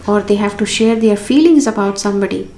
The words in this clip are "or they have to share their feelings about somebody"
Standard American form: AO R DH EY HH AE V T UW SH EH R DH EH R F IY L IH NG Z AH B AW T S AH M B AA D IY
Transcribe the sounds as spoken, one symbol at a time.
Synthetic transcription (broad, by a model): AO R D EY HH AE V T UW SH EH R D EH R F IY L IH NG Z AH B AW T S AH M B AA D IY